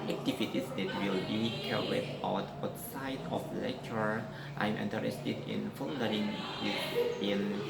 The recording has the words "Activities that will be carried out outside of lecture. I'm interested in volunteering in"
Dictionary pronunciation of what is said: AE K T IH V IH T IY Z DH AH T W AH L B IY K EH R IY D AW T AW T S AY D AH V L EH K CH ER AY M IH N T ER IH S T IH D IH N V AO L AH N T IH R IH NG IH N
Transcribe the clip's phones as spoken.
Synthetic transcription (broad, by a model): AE K T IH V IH T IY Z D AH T W AH L B IY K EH W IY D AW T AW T S AY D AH F L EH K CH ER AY M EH N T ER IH S T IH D IH N F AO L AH T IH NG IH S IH N